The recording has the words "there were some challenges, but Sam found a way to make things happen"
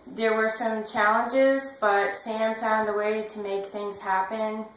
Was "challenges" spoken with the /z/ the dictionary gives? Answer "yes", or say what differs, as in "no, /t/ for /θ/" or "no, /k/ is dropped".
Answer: yes